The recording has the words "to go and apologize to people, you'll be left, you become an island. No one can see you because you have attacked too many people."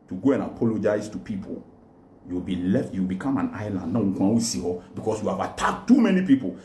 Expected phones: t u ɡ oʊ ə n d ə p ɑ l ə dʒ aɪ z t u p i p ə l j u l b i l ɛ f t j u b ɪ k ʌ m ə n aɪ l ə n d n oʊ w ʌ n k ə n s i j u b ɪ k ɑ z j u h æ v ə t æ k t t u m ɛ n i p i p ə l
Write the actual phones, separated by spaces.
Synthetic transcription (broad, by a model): t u ɡ oʊ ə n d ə p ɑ l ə dʒ aɪ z t u p i p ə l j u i b i l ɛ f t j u b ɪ k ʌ m ə n aɪ l ə n d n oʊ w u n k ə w s i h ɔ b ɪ k ɑ s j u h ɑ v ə t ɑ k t t u m ɛ n i p i p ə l